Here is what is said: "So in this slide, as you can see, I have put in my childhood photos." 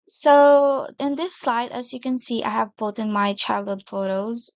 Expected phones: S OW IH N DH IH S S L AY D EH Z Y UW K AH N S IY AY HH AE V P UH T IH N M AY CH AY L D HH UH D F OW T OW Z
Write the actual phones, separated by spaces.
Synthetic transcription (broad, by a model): S OW IH N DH IH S S L AY D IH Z Y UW K AH N S IY AY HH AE V B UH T IH N M AY CH AY L D HH UH D F OW T OW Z